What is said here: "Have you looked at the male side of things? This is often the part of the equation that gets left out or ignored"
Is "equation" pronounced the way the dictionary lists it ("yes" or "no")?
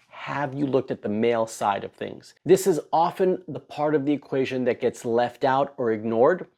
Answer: yes